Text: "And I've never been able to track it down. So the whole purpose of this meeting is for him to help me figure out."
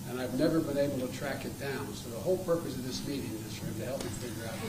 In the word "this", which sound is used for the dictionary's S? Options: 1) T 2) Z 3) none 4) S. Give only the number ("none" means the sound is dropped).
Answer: 4